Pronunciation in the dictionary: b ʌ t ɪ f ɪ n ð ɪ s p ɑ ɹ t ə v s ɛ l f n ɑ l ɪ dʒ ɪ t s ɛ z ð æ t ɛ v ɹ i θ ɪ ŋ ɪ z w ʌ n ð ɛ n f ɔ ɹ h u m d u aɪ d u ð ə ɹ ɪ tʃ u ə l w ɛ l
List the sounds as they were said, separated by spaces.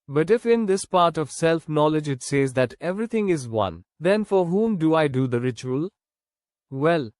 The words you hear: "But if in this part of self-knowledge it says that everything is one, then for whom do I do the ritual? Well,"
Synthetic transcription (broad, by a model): b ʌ t ɪ f ɪ n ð ɪ s p ɑ ɹ t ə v s ɛ l f n ɑ l ɪ dʒ ɪ t s ɛ z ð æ t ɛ v ɹ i t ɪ ŋ ɪ z w ʌ n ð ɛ n f ɔ ɹ h u m d u aɪ d u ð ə ɹ ɪ tʃ u ə l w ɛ l